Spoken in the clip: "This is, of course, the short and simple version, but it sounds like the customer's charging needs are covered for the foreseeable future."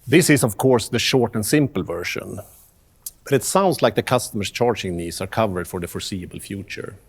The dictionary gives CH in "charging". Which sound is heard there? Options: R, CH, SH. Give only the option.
CH